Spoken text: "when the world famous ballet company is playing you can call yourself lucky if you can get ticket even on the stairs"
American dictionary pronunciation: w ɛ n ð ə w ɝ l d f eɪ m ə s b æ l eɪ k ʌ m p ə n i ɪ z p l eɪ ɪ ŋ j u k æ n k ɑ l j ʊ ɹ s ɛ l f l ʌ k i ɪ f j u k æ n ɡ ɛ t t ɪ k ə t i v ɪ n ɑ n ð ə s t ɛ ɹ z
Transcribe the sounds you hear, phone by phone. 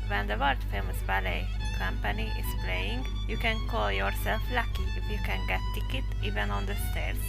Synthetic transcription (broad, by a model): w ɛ n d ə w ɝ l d f eɪ m ə s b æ l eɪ k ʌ m p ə n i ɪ s p l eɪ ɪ ŋ j u k æ n k ɑ l j ʊ ɹ s ɛ l f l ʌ k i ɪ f j u k æ n ɡ ɛ t t ɪ k ə t i v ɪ n ɑ n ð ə s t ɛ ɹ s